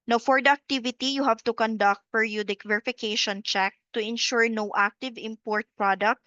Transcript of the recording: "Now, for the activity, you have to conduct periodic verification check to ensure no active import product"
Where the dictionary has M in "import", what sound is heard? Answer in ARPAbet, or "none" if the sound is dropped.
M